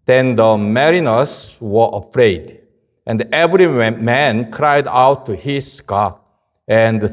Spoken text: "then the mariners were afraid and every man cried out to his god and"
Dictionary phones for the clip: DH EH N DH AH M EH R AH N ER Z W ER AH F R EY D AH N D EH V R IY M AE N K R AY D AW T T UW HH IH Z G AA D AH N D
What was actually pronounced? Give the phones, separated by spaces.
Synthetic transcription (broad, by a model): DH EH N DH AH M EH R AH N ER S W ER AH F R EY D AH N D EH V R IY M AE N K R AY D AW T T UW HH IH S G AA AH N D